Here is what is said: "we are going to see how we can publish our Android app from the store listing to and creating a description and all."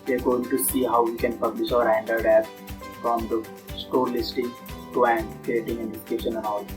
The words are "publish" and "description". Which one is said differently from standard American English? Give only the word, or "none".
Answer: description